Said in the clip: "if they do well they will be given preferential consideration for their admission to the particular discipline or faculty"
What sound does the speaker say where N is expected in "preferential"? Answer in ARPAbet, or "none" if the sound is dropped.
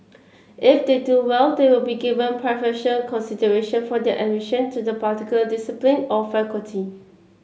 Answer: none